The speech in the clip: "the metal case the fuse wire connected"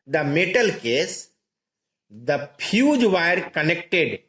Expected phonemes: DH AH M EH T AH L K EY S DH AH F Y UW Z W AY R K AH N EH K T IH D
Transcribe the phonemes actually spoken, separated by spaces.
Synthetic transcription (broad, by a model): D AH M EH T AH L K EY S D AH P Y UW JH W AY R K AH N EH K T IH D